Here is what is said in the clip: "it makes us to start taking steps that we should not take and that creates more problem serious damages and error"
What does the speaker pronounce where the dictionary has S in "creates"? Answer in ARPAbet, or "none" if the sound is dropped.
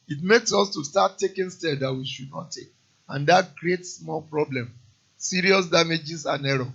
S